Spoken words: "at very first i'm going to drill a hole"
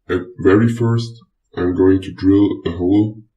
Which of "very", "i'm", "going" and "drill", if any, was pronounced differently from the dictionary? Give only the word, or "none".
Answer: none